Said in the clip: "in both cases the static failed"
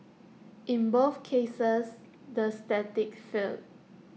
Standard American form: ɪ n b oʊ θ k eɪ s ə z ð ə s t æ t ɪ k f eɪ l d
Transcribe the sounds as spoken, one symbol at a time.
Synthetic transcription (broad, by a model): ɪ n b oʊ f k eɪ s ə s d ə s t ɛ t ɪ k f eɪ l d